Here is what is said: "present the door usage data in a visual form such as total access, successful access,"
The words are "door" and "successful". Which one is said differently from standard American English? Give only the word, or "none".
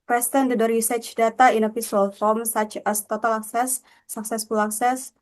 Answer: none